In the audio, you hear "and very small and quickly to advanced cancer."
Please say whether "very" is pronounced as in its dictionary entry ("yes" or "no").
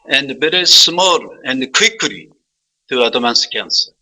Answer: no